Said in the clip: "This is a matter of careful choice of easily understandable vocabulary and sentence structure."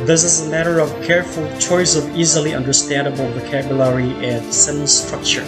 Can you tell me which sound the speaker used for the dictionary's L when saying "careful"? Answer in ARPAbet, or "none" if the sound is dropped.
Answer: L